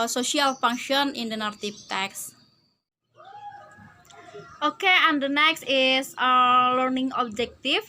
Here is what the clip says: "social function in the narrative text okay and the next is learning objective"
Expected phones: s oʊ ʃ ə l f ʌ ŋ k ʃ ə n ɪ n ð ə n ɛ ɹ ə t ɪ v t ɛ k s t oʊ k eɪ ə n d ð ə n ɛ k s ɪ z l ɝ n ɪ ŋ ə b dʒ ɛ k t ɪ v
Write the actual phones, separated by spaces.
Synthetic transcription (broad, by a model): s oʊ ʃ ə l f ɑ ŋ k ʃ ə n ɪ n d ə n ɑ ɹ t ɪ p t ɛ k s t oʊ k eɪ ə n d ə n ɛ k s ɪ s l ɝ n ɪ ŋ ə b dʒ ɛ k t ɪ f